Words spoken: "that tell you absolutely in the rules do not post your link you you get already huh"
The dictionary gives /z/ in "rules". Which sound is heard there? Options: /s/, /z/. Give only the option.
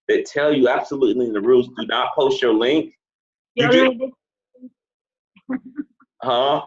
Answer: /z/